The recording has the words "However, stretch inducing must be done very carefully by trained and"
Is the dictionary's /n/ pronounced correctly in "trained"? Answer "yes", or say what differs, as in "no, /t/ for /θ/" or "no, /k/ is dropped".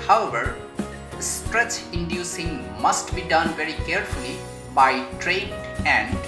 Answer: no, /n/ is dropped